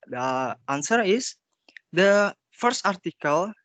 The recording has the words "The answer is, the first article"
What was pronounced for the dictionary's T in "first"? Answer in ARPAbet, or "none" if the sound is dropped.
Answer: T